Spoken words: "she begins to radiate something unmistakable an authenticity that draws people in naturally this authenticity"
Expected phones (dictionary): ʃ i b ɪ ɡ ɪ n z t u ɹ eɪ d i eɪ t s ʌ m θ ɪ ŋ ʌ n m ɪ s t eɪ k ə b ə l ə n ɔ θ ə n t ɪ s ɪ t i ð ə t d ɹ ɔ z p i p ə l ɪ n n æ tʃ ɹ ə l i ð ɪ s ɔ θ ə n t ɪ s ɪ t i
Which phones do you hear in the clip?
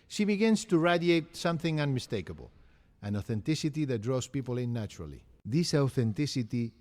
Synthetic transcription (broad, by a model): ʃ i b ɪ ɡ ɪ n s t u ɹ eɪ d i eɪ t s ʌ m θ ɪ ŋ ʌ n m ɪ s t eɪ k ə b ə l ə n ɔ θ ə n t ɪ s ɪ t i ð ə t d ɹ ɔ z p i p ə l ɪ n n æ tʃ ɹ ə l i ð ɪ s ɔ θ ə n t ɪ s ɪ t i